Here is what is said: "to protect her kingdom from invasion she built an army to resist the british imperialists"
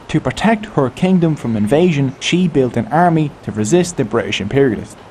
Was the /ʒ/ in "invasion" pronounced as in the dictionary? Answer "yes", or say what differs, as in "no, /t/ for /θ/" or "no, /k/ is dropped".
yes